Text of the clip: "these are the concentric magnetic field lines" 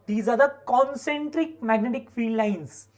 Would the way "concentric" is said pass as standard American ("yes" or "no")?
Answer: yes